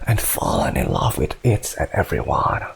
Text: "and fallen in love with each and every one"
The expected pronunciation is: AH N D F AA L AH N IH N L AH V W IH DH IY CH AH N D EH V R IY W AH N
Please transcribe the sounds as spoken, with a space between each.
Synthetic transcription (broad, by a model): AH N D F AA L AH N IH N L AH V W IH DH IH S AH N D EH V R IY W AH N